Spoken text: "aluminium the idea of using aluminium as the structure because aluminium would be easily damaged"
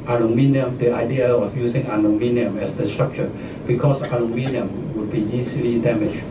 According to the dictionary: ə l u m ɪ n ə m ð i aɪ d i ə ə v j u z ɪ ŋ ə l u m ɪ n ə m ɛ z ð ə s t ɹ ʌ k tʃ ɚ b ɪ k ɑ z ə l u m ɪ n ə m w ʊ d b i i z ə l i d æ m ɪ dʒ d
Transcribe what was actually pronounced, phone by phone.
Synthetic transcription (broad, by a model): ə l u m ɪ n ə m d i aɪ d i ə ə f j u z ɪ ŋ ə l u m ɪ n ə m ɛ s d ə s t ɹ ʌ k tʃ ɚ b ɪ k ɑ s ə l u m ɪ n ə m w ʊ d b i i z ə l i d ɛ m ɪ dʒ